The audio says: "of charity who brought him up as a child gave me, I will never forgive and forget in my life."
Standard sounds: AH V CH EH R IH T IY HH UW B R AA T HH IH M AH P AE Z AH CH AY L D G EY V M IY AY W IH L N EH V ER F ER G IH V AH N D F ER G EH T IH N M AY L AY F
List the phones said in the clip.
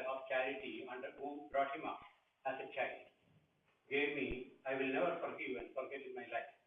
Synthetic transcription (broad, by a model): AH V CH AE R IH T IY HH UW B R AA T HH IH M AH P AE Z AH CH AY D G EY V M IY AY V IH L N EH V ER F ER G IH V AH N D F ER G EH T IH N M AY L AY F